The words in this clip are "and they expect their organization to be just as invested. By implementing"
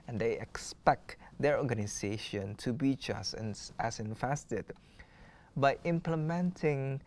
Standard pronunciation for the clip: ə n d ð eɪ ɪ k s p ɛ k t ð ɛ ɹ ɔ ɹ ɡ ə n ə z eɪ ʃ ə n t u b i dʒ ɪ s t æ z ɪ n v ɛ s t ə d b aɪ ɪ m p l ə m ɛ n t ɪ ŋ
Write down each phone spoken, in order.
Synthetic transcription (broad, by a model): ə n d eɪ ɪ k s p ɛ k t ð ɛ ɹ ɔ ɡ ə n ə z eɪ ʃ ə n t u b i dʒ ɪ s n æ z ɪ n f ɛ s t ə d b aɪ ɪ m p l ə m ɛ n t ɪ ŋ